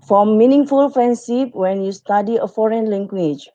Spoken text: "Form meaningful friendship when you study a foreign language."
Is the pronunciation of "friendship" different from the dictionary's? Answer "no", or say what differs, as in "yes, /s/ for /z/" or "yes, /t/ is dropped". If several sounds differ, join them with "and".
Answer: yes, /s/ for /ʃ/